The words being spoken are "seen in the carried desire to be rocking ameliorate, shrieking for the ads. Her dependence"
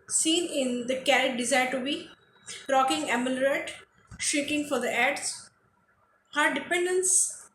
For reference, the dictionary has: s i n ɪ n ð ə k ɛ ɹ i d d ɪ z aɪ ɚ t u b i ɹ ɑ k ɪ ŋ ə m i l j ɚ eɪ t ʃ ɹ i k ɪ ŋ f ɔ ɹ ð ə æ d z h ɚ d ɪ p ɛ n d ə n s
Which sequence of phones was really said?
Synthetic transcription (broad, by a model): s i n ɪ n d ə k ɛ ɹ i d d ɪ z aɪ ɚ t u b i ɹ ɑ k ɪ ŋ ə m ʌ l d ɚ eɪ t ʃ i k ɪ ŋ f ɔ ɹ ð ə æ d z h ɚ d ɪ p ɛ n d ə n s